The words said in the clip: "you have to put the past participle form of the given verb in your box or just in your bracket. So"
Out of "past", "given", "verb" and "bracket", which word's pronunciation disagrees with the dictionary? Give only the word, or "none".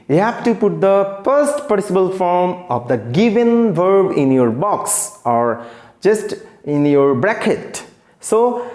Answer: past